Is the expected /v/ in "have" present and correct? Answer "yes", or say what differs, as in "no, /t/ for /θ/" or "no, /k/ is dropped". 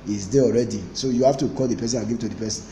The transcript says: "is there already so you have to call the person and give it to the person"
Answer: no, /f/ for /v/